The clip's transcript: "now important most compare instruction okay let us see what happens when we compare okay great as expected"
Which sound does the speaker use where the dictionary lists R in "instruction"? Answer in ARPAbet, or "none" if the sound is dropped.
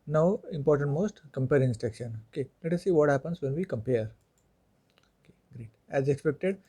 none